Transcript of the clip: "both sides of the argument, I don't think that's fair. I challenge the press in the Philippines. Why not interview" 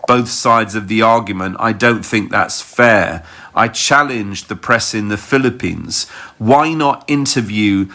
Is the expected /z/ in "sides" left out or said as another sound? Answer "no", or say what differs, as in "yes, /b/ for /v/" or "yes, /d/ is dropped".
no